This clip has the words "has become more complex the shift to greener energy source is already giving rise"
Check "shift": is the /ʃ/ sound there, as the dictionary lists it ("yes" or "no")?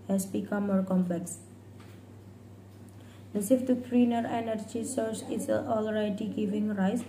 no